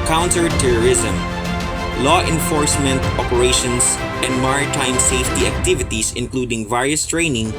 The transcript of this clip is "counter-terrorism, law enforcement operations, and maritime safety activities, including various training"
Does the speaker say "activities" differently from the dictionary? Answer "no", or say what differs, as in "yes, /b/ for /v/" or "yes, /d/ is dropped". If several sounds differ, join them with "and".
yes, /s/ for /z/